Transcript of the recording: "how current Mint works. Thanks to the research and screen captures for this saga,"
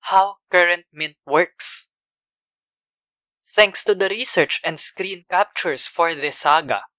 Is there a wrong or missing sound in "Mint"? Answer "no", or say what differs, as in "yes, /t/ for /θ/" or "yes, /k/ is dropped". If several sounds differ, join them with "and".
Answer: no